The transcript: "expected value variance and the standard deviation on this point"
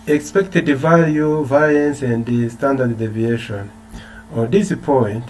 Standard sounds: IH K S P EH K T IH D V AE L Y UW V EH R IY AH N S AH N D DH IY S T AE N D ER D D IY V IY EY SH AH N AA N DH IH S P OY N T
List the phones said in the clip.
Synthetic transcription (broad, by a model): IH K S P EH K T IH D V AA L Y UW V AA L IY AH N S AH N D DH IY S T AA N D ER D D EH V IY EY SH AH N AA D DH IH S P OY N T